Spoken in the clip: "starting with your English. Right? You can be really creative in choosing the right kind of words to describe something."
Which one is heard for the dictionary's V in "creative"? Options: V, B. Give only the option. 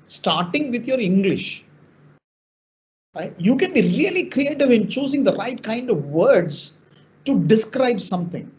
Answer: V